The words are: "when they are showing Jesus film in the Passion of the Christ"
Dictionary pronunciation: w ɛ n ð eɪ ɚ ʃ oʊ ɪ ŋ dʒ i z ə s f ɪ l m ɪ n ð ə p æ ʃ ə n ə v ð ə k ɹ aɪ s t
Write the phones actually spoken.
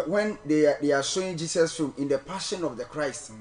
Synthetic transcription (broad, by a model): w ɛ n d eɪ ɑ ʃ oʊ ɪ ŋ dʒ i s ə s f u m ɪ n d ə p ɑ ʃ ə n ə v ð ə k ɹ aɪ s t